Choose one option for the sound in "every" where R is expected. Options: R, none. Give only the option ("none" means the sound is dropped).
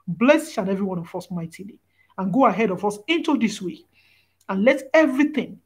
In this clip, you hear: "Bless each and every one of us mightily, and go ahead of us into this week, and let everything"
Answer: R